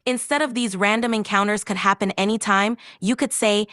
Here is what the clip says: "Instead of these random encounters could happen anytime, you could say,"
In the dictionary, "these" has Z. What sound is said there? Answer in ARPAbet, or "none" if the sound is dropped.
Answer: Z